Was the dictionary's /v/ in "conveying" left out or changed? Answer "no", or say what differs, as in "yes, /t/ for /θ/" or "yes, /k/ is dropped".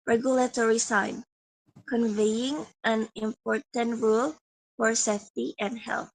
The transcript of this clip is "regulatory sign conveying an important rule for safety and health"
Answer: no